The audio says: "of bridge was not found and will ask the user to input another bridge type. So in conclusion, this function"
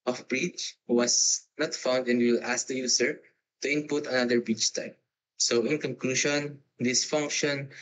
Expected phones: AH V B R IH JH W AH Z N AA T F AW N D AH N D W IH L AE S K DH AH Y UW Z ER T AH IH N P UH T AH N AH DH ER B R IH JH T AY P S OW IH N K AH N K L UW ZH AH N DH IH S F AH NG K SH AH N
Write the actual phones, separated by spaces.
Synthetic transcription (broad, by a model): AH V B R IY CH W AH S N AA T F AW N D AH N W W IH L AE S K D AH Y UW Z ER T AH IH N P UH T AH N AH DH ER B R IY CH T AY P S OW IH N K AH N K L UW SH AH N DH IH S F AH NG K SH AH N